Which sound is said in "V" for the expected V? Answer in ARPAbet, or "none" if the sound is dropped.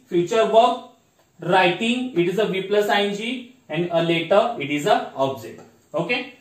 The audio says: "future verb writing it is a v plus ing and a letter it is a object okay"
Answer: V